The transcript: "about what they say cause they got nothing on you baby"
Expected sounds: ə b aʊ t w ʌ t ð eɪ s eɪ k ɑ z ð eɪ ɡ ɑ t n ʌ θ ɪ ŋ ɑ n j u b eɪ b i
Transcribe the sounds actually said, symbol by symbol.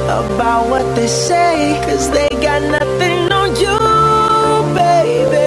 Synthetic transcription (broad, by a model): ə b aʊ t w ʌ t ð eɪ s eɪ k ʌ z ð eɪ ɡ ɑ t n ʌ θ ɪ ŋ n j u b eɪ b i